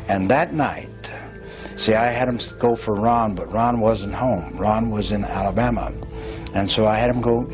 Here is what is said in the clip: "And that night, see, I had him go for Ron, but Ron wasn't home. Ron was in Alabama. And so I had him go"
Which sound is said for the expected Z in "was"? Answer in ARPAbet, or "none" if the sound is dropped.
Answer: Z